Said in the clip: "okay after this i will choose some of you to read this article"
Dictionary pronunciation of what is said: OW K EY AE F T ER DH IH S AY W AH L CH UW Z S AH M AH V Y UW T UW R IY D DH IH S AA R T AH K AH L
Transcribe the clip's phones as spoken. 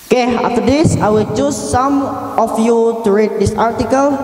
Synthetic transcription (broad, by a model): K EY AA T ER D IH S AY W AH L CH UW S S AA M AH F Y UW T UW R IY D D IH S AA R T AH K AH L